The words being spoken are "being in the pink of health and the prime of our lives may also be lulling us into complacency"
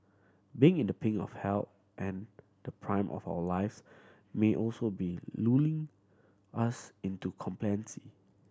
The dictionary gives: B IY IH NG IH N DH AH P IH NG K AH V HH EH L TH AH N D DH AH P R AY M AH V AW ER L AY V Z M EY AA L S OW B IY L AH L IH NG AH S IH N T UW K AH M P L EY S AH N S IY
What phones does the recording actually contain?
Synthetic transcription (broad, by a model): B IY IH NG IH N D AH P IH NG AH F HH EH L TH AH N D AH P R AY M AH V AW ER L AY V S M EY AA L S OW B IY L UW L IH NG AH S IH N T UW K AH M P L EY AH N S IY